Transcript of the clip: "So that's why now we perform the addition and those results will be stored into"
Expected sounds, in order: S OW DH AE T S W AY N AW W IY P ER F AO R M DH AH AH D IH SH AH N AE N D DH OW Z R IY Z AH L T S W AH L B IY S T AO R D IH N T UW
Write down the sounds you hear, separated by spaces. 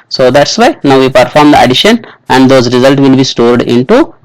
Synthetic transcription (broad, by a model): S OW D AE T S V AY N AW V IY P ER F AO R M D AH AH D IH SH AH N AE N D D OW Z R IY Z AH L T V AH L B IY S T AO R D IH N T UW